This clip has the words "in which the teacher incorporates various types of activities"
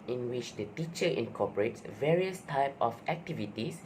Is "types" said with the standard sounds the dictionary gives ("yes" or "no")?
no